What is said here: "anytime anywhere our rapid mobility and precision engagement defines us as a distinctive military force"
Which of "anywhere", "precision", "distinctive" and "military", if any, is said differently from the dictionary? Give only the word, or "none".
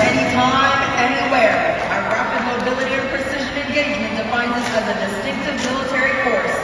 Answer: none